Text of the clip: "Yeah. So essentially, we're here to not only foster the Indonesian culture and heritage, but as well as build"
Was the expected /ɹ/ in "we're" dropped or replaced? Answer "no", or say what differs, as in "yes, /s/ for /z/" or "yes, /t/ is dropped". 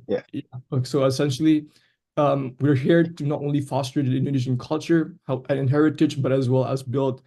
no